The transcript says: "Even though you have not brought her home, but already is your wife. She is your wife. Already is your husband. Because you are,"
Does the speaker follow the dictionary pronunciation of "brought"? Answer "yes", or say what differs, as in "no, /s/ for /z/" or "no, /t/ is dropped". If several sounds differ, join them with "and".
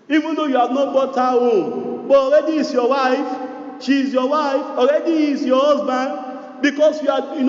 no, /ɹ/ is dropped